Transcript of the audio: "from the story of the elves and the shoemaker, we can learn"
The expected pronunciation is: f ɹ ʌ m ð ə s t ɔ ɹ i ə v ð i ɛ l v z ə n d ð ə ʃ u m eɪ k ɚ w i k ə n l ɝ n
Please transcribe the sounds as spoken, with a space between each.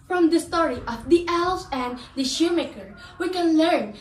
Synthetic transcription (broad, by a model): f ɹ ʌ m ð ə s t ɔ ɹ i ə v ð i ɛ l z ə n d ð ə ʃ u m eɪ k ɚ w i k ə n l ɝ n